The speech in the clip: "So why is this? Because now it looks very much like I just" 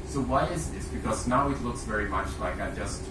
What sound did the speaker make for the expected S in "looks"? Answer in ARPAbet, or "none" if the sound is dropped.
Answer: S